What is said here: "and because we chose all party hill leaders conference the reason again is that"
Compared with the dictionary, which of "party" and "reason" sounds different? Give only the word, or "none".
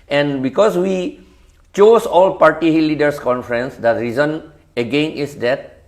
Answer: none